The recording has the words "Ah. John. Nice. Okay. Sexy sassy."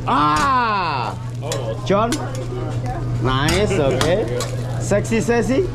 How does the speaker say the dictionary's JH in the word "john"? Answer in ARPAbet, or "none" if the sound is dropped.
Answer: CH